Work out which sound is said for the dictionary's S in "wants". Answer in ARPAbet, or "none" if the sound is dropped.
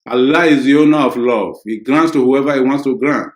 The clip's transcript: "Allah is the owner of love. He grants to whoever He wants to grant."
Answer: S